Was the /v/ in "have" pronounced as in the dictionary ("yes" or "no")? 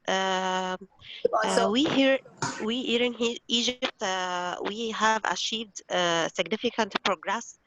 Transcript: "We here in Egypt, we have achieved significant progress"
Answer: yes